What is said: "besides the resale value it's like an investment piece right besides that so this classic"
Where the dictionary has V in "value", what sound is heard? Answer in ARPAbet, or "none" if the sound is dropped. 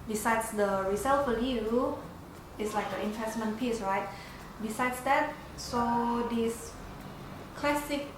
F